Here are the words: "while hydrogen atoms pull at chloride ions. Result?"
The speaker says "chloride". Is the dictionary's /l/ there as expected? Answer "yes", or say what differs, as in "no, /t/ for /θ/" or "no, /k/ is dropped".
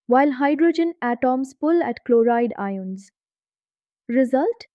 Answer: yes